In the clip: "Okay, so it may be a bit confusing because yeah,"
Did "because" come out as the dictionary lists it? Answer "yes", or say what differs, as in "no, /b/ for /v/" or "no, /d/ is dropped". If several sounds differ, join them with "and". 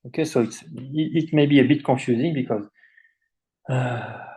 yes